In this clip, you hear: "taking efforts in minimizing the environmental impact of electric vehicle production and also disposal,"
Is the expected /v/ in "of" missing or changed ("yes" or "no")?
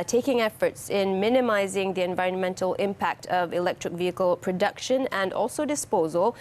no